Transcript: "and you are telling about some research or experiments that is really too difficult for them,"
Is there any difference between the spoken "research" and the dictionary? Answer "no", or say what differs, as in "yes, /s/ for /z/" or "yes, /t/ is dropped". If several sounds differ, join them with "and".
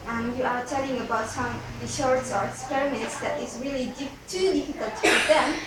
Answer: yes, /ʃ/ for /s/ and /s/ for /tʃ/